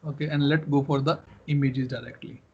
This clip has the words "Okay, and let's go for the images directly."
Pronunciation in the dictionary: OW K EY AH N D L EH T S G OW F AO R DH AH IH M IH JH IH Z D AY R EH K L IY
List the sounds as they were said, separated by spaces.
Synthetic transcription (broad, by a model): OW K EY AH N D L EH T G OW F AO R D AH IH M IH JH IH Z D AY R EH K L IY